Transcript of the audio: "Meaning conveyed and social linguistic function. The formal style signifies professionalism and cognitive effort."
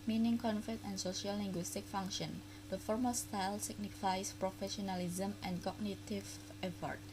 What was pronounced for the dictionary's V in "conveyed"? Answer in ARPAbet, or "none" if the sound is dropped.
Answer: F